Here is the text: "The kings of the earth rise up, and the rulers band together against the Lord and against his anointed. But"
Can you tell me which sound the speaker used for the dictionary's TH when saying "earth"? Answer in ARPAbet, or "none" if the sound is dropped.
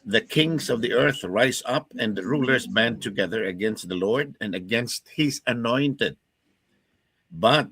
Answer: TH